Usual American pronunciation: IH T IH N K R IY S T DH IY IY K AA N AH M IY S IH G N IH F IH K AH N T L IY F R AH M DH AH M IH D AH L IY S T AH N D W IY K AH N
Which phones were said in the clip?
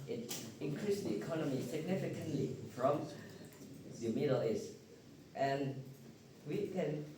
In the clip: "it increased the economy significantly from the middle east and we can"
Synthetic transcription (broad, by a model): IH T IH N K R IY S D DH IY IY K AA N AH M IY S IH G N IH F IH K AH N T L IY F R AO M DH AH M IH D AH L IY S T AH N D W IY K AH N